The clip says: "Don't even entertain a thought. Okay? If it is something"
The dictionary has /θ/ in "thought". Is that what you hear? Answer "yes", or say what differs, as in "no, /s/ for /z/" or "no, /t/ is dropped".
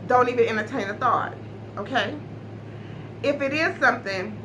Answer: yes